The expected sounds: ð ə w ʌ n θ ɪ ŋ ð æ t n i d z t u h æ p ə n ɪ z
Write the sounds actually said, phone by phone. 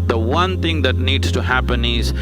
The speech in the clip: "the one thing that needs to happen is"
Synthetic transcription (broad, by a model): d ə w ʌ n t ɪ ŋ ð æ t n i d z t u h æ p ə n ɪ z